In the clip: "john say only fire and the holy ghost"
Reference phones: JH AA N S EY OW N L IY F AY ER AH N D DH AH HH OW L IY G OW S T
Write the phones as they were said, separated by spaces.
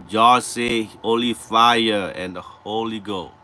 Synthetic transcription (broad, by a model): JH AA S EY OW L IY F AY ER AH N D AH HH OW L IY G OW